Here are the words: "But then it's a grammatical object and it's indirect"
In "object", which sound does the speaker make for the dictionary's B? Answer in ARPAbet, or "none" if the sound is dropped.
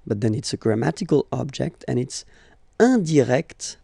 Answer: B